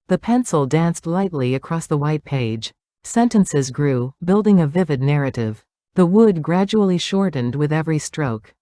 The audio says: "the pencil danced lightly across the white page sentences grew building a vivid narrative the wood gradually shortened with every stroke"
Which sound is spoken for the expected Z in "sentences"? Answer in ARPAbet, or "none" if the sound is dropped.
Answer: Z